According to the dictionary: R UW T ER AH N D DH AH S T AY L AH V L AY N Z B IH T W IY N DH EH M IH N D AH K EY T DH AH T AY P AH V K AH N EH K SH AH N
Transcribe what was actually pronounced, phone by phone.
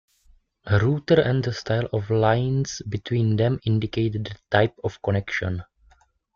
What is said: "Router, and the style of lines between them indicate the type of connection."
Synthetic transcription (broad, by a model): R UW T ER AH N D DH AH S T AY L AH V L AY N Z B IH T W IY N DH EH M IH N D AH K EY T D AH T AY P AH F K AH N EH K SH AH N